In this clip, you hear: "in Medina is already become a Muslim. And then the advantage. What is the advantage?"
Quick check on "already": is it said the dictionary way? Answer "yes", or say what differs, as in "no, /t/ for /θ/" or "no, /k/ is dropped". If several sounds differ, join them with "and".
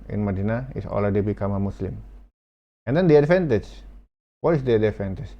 no, /l/ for /ɹ/